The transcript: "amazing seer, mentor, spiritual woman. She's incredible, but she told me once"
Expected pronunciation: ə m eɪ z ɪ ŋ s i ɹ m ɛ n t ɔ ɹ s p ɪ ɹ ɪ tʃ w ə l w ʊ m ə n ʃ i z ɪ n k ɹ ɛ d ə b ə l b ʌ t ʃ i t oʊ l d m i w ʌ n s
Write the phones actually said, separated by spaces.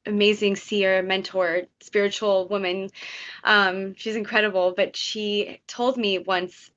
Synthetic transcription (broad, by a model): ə m eɪ z ɪ ŋ s i ɹ m ɛ n t ɔ ɹ s p ɪ ɹ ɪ tʃ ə l w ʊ m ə n ʃ i z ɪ n k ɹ ɛ d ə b l b ʌ t ʃ i t oʊ l d m i w ʌ n s